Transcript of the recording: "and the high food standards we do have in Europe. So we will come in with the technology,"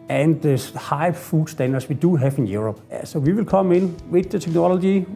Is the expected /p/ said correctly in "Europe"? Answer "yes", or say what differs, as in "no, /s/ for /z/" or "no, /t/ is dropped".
no, /b/ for /p/